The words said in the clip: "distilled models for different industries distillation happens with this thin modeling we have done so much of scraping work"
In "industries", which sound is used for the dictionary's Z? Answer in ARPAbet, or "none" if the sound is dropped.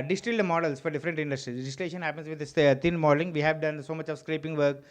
none